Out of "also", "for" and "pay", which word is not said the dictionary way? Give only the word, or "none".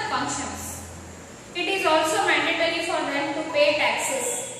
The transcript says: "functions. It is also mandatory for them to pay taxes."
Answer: none